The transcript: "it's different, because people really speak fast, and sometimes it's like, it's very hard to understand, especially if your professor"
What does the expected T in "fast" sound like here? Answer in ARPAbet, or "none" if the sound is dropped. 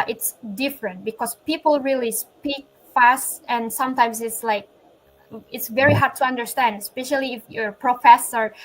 T